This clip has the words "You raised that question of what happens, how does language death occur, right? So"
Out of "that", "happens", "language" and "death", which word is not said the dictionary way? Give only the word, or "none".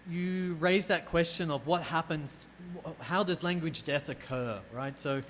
none